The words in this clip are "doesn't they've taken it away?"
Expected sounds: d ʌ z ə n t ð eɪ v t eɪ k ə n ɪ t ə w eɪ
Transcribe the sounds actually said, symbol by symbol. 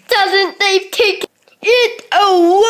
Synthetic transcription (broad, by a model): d ʌ z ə n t ð eɪ v t eɪ ə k ɪ t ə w